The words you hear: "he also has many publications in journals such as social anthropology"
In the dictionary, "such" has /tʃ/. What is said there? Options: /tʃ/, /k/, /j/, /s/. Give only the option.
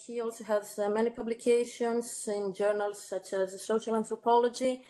/tʃ/